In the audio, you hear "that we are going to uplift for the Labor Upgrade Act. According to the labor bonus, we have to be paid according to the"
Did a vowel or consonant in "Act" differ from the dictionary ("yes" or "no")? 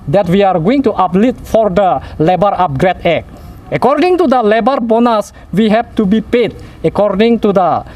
yes